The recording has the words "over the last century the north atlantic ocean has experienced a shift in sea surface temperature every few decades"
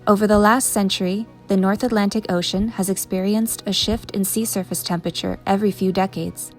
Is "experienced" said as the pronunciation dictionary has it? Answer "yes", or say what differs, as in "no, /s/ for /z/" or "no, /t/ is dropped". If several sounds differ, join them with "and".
yes